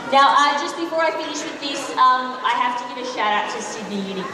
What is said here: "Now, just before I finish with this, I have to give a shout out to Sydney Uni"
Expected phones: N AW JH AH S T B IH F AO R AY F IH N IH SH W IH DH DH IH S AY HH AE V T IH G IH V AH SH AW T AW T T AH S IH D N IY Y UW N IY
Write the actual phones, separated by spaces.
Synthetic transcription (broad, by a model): N AW JH AH S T B IH F AO R AY F IH N IH SH W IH DH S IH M AY HH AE F T IH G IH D AH SH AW T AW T T AH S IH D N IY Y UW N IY